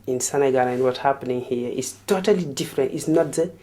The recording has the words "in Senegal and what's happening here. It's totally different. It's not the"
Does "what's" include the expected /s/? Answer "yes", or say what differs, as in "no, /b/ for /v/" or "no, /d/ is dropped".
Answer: no, /s/ is dropped